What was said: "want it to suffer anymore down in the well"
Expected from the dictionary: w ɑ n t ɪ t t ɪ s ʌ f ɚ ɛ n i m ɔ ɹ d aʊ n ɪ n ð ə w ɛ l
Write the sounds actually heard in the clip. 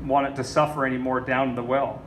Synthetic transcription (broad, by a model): w ɑ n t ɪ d t ɪ s ʌ f ɚ ɛ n i m ɔ ɹ d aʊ ɪ n ð ə w ɛ l